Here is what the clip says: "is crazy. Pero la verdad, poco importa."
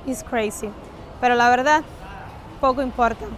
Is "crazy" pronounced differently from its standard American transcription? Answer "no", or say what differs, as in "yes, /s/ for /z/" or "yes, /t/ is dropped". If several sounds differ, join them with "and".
yes, /s/ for /z/